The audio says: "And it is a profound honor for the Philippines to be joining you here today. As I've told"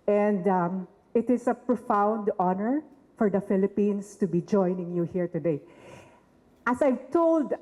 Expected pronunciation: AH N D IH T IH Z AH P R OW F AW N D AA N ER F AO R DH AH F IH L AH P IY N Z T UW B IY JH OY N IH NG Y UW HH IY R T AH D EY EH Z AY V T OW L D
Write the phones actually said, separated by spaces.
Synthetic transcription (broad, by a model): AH N D IH T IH S AH P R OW F AW N D AA N ER F AO R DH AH F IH L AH P IY N S T UW B IY JH OY N IH NG Y UW HH IY R T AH D EY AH S AY V T OW L D